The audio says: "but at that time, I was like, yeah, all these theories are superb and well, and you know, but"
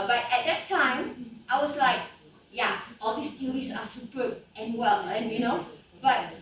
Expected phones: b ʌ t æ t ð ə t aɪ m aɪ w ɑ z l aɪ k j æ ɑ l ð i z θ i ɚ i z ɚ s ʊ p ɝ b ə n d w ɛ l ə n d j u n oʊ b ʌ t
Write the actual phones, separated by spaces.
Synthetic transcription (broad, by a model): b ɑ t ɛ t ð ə t aɪ m aɪ w ɑ s l aɪ k j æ ɑ l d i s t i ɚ i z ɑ s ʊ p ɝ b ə n w ɛ l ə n j u n oʊ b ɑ t